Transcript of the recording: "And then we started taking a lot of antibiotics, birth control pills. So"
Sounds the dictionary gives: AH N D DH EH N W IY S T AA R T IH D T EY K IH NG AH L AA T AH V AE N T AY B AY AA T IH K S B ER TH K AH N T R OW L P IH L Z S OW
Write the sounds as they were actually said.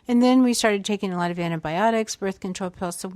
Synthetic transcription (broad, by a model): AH N DH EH N W IY S T AA R T IH D T EY K IH NG AH L AA T AH V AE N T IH B AY AA T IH K S B ER TH K AH N T R OW L P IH L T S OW